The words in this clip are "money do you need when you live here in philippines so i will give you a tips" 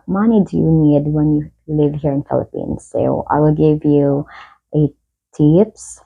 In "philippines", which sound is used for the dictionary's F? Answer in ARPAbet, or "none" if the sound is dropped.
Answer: F